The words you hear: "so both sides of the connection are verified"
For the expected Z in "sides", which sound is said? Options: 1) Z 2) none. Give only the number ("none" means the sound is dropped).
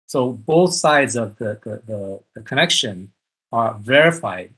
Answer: 1